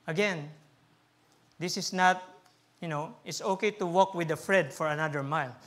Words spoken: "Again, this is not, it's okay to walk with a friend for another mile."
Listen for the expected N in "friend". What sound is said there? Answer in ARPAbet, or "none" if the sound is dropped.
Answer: none